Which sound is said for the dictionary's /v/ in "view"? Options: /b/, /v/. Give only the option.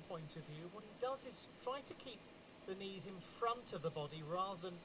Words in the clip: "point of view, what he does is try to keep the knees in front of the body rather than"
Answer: /v/